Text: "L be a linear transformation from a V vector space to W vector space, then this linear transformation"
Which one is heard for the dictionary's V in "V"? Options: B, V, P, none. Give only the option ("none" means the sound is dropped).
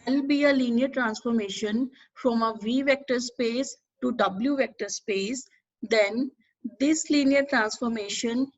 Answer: V